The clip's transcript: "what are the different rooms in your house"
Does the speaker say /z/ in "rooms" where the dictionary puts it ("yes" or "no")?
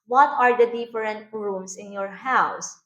no